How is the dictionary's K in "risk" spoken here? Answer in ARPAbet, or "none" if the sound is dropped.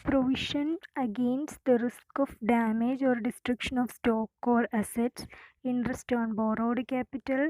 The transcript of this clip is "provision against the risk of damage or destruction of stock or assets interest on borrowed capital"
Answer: K